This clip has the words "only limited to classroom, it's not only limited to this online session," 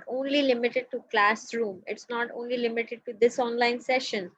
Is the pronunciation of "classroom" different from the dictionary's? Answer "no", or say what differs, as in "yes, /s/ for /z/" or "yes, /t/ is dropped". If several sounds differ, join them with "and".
no